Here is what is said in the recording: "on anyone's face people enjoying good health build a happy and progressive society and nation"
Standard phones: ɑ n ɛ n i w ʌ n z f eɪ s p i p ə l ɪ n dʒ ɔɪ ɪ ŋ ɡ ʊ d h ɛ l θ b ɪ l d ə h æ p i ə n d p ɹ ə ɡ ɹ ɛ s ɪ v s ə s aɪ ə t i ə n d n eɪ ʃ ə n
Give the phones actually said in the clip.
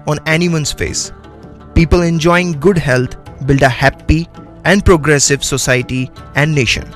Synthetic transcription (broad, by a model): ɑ n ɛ n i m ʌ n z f eɪ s p i p ə l ɪ n dʒ ɔɪ ɪ ŋ ɡ ʊ d h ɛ l t b ɪ l d ə h æ p i ə n d p ɹ ə ɡ ɹ ɛ s ɪ v s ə s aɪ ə t i ə n d n eɪ ʃ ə n